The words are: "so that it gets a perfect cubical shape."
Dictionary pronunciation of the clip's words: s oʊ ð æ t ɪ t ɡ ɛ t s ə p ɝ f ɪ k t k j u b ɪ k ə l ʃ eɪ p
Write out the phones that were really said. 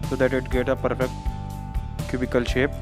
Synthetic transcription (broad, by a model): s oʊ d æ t ɪ t ɡ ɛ t ə p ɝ f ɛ k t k j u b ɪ k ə l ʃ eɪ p